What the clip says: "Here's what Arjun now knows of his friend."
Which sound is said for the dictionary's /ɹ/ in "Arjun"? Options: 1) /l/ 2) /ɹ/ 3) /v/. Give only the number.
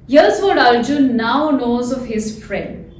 1